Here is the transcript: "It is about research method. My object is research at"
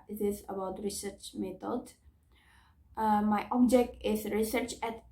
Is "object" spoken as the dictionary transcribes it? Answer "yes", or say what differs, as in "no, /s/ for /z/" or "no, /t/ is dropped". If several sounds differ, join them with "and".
yes